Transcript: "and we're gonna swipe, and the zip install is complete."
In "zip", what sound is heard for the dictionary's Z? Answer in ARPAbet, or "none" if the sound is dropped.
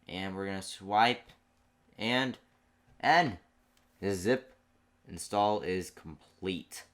Z